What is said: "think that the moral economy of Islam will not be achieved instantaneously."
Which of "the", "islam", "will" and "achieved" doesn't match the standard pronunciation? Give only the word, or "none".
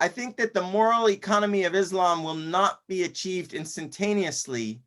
none